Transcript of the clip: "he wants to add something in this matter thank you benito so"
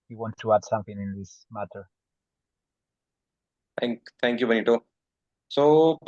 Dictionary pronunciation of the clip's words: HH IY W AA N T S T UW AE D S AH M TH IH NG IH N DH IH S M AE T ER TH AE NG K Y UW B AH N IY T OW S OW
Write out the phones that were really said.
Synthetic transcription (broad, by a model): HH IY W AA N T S T UW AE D S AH M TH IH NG IH N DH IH S M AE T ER T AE NG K Y UW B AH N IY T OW S OW